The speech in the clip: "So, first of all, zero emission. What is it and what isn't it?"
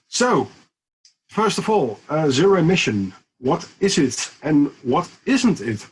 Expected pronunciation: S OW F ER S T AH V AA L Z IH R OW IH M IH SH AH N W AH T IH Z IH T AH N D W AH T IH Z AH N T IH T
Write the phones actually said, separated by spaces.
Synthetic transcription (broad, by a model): S OW F ER S T AH V AA L Z IH R OW IH M IH SH AH N W AH T IH Z IH T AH N W AH T IH Z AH N T IH T